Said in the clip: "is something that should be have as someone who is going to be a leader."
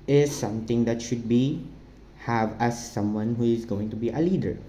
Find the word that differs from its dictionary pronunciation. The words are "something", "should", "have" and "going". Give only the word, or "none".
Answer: something